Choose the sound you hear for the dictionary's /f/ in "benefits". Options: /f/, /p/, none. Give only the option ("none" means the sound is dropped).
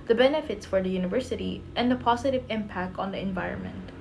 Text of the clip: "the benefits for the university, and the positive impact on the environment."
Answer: /f/